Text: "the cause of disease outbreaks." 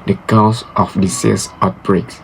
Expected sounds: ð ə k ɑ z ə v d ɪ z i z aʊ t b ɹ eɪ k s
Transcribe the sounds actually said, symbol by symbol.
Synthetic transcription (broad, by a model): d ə k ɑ s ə f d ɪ s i s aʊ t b ɹ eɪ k s